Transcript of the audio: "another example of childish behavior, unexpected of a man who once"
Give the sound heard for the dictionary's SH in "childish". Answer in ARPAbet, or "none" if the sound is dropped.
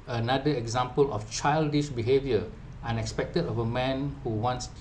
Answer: SH